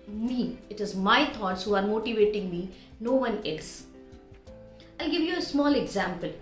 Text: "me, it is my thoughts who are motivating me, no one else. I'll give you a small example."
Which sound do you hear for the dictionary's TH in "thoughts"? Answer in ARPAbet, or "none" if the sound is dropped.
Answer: T